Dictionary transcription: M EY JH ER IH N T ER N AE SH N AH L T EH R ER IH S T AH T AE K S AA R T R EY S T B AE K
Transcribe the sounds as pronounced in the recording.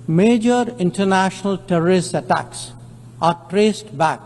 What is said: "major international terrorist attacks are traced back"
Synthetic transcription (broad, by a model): M EY JH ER IH N T ER N AE SH N AH L T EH R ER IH S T AH T AE K S AA R T R EY S T B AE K